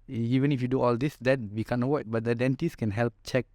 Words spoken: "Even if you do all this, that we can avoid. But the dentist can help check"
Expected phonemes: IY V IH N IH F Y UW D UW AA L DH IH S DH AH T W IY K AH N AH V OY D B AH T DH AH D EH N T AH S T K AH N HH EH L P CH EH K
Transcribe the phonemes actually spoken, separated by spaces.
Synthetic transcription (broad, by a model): IY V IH N IH F Y UW D UW AA L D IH S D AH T W IY K AH N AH W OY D B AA T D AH D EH N T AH S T K AH N HH EH L P CH EH K